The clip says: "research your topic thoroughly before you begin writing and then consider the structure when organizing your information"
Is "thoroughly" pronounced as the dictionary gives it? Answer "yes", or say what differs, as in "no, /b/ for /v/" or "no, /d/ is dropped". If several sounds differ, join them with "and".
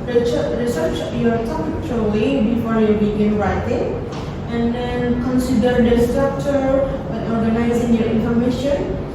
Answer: no, /l/ is dropped